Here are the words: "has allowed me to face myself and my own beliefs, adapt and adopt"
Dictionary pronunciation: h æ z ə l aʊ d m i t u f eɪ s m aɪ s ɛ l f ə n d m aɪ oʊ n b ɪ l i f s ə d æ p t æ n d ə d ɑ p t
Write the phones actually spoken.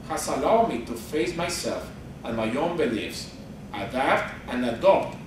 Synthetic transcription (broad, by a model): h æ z ə l aʊ d m i t u f eɪ s m aɪ s ɛ l f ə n m aɪ oʊ n b ɪ l i f s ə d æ f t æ n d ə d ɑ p t